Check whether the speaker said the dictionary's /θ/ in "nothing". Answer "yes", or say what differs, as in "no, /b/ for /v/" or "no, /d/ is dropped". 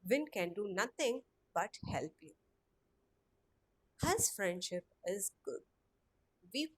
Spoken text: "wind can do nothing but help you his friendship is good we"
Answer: no, /t/ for /θ/